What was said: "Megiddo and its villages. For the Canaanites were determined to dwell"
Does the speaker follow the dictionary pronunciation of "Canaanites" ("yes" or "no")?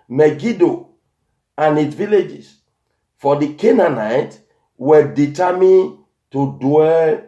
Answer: no